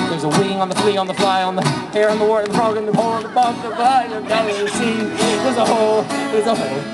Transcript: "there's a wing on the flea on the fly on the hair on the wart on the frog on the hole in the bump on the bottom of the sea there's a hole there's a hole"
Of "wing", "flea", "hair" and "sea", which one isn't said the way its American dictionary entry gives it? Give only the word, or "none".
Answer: none